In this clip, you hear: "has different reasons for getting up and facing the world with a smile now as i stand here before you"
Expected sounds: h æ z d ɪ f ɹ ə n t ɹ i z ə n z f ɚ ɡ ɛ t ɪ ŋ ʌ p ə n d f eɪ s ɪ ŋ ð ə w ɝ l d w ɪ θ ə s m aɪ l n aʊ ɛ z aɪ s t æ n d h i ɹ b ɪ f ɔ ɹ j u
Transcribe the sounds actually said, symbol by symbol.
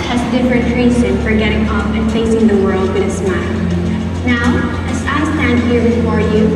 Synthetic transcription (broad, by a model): h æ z d ɪ f ɹ ə n t ɹ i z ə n f ɚ ɡ ɛ t ɪ ŋ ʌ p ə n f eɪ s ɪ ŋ ð ə w ɝ l d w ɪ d ə s m aɪ l n aʊ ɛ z aɪ s t æ n d h i ɹ b ɪ f ɔ ɹ j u